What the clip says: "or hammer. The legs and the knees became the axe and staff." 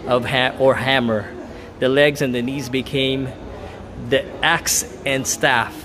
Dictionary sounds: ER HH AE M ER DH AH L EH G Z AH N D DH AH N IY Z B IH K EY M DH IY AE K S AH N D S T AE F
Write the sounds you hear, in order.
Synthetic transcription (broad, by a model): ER HH AE M ER DH AH L EH G Z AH N DH AH N IY Z B IH K EY M DH IY AE K S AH N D S T AE F